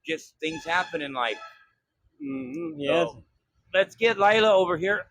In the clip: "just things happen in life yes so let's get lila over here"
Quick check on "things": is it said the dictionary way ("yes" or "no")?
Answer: yes